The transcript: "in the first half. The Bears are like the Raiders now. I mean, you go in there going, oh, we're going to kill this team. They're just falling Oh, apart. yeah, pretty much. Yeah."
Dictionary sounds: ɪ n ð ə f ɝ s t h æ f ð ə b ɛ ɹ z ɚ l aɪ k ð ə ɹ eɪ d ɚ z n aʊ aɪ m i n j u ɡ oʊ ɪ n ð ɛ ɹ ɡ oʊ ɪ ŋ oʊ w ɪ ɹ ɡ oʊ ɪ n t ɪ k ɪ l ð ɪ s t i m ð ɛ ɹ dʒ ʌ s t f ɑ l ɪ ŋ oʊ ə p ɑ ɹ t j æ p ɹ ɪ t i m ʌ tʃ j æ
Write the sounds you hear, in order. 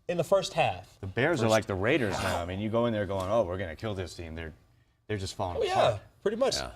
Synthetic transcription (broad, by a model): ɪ n ð ə f ɝ s t h æ f ð ə b ɛ ɹ z ɚ l aɪ k ð ə ɹ eɪ d ɚ z n aʊ aɪ m i n j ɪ ɡ oʊ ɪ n ð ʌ ɹ ɡ oʊ ɪ ŋ oʊ w ɪ ɹ ɡ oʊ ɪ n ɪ k ɪ l ð ɪ s t i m ð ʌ ɹ dʒ ʌ s t f ɑ l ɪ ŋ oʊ j æ p ɹ ɪ t i m ʌ tʃ